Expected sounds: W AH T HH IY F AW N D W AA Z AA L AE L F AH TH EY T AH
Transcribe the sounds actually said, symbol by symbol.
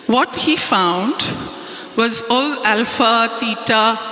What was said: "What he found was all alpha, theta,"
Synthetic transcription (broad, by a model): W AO T HH IY F AW N D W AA Z AA L AE L F AH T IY T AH